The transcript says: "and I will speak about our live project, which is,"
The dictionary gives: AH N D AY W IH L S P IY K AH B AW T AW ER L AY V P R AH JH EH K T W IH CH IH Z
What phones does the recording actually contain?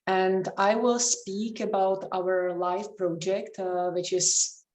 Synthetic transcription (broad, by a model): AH N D AY W IH L S P IY K AH B AW T AW ER L AY F P R AH JH EH K T W IH CH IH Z